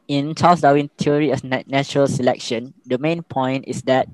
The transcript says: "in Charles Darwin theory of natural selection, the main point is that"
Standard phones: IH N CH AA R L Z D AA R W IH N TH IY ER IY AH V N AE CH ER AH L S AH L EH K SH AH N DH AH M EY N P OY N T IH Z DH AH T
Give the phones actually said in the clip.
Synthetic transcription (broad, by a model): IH N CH AA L S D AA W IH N T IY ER IY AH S N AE CH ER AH L S AH L EH K SH AH N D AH M EY N P OY N T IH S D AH T